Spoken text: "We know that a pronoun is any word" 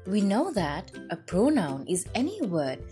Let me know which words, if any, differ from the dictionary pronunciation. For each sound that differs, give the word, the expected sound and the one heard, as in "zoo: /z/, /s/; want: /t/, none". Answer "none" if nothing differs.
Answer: none